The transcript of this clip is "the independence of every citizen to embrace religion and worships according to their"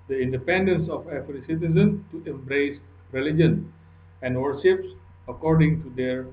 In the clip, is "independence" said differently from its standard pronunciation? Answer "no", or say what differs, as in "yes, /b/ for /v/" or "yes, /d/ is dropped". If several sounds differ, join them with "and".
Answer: no